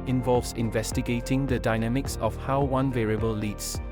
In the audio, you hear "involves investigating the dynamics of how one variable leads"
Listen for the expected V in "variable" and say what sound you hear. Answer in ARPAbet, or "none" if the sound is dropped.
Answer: V